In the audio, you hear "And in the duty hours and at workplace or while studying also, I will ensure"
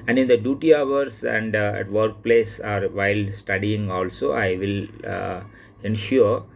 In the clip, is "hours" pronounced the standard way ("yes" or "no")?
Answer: no